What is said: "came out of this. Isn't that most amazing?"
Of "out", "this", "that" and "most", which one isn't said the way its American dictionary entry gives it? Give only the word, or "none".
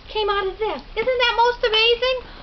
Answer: this